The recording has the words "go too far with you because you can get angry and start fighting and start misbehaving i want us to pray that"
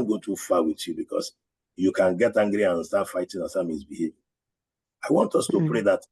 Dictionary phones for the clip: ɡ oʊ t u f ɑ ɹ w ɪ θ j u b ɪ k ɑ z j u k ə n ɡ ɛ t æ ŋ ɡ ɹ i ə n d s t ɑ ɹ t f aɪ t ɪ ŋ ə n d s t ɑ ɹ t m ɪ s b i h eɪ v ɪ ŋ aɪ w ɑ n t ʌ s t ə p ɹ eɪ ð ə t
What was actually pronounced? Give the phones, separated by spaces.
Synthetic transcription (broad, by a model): ɡ oʊ t u f ɑ w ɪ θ j u b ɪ k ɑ s j u k ə n ɡ ɛ t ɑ ŋ ɡ ɹ i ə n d s t ɑ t f aɪ t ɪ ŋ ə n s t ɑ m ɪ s b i h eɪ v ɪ aɪ w ɑ n t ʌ s t ə p ɹ eɪ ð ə t